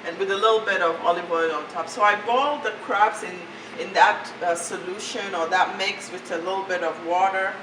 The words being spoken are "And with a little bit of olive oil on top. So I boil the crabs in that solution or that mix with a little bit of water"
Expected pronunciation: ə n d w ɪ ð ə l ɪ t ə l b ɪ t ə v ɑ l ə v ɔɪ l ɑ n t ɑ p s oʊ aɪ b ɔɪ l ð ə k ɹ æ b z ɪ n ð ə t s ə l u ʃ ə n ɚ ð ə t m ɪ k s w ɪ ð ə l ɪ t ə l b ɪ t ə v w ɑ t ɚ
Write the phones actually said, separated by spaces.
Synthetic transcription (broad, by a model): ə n w ɪ ð ə l ɪ t l b ɪ t ə v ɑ l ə b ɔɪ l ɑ n t ɑ p s oʊ aɪ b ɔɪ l ð ə k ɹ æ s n ɪ n ð ə t s ə l u ʃ ə n ɚ ð ə t m ɪ k s w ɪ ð ə l ɪ t l b ɪ t ə v w ɑ t ɚ